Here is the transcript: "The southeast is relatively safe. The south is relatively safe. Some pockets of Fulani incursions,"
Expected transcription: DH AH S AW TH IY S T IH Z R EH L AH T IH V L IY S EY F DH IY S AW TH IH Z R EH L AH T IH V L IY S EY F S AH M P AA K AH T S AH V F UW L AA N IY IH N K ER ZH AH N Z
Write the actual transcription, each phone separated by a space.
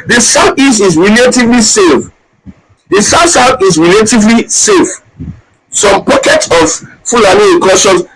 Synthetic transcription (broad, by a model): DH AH S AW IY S IH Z R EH L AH T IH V L IY S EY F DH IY S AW S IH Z R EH L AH T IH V L IY S EY F S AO M P AA K AH T S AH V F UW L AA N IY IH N K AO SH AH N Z